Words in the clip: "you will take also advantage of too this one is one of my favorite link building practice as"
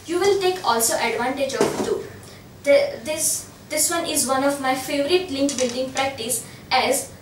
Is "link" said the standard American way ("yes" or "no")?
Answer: yes